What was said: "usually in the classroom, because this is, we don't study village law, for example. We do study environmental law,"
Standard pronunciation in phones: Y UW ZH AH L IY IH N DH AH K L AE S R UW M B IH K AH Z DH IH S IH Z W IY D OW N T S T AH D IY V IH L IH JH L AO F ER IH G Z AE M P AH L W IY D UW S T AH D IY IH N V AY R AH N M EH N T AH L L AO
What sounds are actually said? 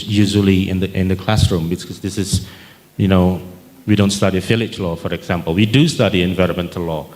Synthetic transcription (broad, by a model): Y UW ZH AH L IY IH N DH AH K L AE S R UW M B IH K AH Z DH IH S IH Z W IY D OW N T S T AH D IY F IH L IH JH L AO F ER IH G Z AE M P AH L W IY D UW S T AH D IY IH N V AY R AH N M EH N T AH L L AO